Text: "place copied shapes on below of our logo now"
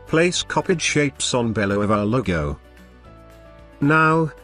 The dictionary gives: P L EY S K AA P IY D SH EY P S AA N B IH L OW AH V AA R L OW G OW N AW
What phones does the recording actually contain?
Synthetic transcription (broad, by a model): P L EY S K AA P IY D SH EY P S N B IH L OW AH V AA L OW G OW N AW